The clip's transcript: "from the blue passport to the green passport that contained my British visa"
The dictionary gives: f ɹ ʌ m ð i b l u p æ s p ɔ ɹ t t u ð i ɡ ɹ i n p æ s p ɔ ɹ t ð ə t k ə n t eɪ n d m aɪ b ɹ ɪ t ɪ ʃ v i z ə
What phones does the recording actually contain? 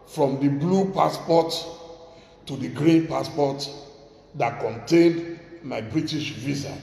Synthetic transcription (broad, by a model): f ɹ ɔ m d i b l u p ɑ s p ɔ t t u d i ɡ ɹ i n p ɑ s p ɔ t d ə t k ə n t eɪ n d m aɪ b ɹ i t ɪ ʃ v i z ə